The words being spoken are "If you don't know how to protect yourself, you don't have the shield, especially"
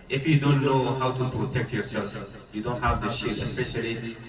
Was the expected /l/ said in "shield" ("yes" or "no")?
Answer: no